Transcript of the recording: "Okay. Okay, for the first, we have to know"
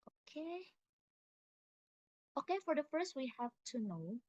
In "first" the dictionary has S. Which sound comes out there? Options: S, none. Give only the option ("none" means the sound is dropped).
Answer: S